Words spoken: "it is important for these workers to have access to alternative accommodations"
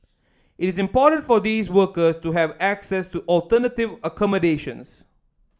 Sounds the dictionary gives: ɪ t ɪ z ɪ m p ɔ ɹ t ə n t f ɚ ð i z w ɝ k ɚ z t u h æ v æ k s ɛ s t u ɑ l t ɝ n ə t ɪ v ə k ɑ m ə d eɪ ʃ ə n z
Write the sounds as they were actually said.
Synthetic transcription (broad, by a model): ɪ t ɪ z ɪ m p ɔ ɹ t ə n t f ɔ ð i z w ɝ k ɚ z t u h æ v æ k s ɛ s t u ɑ l t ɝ n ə t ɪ v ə k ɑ m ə d eɪ ʃ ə n s